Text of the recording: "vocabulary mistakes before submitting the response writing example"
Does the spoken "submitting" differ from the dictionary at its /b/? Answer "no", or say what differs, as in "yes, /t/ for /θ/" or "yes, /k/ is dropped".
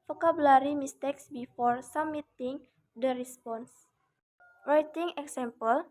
yes, /b/ is dropped